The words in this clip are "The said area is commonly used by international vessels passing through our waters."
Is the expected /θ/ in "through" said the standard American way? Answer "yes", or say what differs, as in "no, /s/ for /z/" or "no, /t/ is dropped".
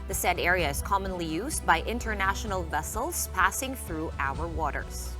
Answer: yes